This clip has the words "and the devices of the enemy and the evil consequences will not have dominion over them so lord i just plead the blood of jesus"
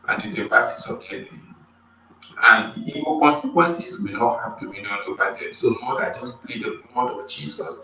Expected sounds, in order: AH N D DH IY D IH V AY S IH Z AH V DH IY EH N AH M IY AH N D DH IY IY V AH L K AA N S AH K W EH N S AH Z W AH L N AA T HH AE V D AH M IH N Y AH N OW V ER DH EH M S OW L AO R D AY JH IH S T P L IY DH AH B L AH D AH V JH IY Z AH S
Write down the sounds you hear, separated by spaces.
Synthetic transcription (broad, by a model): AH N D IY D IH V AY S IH S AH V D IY EH N AH M IY AH N D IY IY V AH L K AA N S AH K W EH N S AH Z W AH N AA T HH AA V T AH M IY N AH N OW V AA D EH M S OW N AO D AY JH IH S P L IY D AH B AO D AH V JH IY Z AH S